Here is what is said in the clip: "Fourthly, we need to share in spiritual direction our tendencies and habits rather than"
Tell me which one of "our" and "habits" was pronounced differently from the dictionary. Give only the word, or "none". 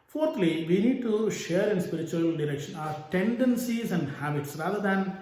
none